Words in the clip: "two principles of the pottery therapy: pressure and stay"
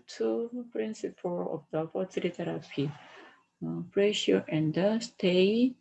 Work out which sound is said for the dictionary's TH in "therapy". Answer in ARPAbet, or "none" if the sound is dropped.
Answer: T